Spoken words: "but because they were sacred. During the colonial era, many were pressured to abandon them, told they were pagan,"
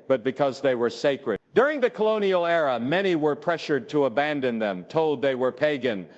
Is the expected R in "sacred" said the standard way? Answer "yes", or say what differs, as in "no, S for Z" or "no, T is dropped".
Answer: yes